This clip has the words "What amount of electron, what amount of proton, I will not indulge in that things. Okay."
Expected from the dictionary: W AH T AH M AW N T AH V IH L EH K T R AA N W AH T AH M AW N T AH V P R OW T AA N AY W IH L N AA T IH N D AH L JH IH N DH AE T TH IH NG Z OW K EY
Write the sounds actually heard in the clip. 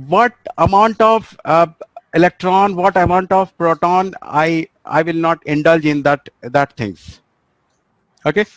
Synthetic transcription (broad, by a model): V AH T AH M AW N T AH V IH L EH K T R AA N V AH T AH M AW N T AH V P R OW T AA N AY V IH L N AA T IH N D AH L JH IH N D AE T T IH NG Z OW K EY